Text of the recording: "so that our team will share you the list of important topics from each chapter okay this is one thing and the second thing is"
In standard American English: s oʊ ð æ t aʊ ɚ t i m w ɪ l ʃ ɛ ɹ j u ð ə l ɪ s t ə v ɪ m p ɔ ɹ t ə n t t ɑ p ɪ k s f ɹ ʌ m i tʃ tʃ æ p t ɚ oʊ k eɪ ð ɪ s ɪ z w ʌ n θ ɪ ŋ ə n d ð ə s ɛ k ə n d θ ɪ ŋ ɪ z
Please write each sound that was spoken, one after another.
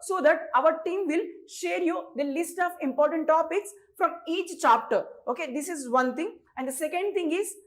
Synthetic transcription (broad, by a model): s oʊ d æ t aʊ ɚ t i m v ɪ l ʃ ɛ ɹ j u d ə l ɪ s t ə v ɪ m p ɔ ɹ t ə n t t ɑ p ɪ k s f ɹ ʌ m i tʃ tʃ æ p t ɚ oʊ k eɪ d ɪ s ɪ z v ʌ n t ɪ ŋ ə n d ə s ɛ k ə n d t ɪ ŋ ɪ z